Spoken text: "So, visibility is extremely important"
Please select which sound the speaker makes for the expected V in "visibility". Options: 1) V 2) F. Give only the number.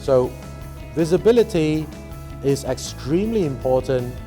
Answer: 1